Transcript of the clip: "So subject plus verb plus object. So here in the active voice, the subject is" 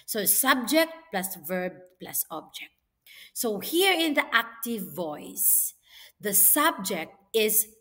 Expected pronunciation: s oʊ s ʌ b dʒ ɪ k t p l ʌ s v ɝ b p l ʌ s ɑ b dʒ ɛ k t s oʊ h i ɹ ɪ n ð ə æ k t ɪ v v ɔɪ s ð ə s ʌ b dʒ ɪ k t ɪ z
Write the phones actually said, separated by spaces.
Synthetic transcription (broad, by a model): s oʊ s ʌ b dʒ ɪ k t p l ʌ s v ɝ b p l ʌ s ɑ b dʒ ɛ k t s oʊ h i ɹ ɪ n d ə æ k t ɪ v v ɔɪ s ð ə s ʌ b dʒ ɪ k t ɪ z